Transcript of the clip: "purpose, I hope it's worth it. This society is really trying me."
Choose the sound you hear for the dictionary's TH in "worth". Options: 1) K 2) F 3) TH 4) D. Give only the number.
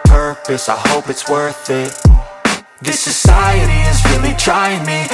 3